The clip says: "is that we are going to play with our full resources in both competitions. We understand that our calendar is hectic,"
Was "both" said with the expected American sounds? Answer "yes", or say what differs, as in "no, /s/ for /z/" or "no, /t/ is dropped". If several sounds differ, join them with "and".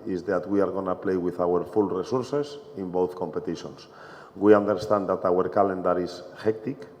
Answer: yes